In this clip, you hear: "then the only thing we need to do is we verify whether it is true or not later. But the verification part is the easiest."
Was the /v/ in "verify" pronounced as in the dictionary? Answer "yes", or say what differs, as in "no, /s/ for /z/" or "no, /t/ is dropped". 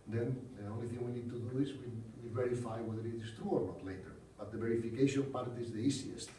yes